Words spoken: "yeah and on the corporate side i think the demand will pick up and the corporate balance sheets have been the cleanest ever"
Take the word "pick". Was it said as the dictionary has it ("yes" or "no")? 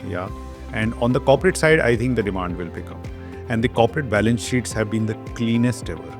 no